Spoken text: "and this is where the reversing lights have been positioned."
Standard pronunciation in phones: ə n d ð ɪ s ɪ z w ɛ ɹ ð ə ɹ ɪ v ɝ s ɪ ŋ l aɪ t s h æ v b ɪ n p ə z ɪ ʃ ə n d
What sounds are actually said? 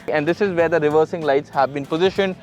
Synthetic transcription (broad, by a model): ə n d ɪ s ɪ z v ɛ ɹ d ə ɹ ɪ v ɝ s ɪ ŋ l aɪ t s h æ v b ɪ n p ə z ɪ ʃ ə n d